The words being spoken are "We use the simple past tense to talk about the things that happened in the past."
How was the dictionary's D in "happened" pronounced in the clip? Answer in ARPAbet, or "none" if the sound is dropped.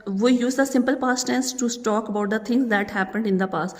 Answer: D